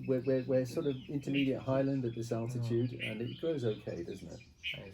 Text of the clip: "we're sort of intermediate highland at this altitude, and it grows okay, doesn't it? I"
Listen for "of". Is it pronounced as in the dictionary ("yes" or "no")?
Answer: yes